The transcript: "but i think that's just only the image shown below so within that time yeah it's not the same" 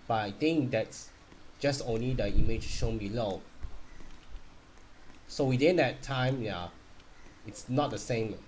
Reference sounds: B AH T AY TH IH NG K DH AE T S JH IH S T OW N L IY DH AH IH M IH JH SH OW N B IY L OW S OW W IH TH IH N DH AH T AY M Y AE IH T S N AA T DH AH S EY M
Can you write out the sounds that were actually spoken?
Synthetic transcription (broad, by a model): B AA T AY T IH NG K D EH T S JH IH S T OW N L IY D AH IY M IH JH SH OW N B IY L OW S OW W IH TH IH N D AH T AY M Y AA IH T S N AA T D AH S EY M